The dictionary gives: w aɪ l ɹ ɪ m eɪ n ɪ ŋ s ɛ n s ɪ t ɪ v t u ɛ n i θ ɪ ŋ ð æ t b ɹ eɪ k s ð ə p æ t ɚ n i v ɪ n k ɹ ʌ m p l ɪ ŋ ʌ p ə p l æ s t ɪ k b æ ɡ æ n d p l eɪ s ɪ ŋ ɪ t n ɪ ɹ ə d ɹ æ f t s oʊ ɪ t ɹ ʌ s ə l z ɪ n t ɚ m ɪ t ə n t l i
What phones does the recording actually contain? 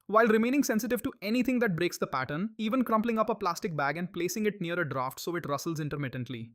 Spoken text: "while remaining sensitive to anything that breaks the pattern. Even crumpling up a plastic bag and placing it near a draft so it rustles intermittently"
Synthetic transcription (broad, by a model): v aɪ l ɹ ɪ m eɪ n ɪ ŋ s ɛ n s ɪ t ɪ v t u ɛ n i t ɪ ŋ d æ t b ɹ eɪ k s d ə p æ t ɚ n i v ɪ n k ɹ ʌ m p l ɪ ŋ ʌ p ə p l æ s t ɪ k b æ ɡ æ n d p l eɪ s ɪ ŋ ɪ t n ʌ ɹ ə d ɹ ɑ f t s oʊ ɪ t ɹ ʌ s ə l z ɪ n t ɚ m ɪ t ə n t l i